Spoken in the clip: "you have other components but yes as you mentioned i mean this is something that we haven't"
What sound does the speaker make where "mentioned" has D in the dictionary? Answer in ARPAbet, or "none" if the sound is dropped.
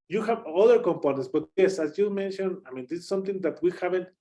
none